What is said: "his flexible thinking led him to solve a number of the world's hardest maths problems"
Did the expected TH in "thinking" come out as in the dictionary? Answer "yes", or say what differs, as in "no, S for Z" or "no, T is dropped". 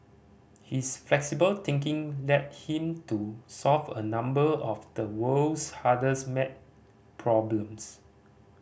no, T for TH